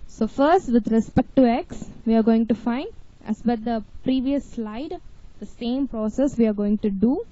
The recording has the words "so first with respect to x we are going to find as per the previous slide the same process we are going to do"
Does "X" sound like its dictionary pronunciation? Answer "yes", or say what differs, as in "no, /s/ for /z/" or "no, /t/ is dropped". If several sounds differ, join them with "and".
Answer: yes